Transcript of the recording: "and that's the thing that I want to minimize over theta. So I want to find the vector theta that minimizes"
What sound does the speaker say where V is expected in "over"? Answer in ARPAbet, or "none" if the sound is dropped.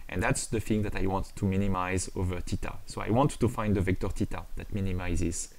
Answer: V